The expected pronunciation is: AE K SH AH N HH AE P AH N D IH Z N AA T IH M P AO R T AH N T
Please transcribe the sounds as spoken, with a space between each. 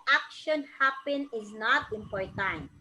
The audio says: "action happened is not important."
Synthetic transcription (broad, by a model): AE K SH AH N HH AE P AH N IH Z N AA T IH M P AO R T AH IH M